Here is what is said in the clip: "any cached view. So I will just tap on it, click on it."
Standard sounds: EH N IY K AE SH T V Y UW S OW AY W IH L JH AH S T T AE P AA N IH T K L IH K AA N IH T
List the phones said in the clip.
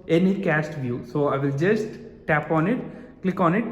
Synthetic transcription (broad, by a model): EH N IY K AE S T V Y UW S OW AY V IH L JH AH S T T AE P AA N IH T K L IH K AA N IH T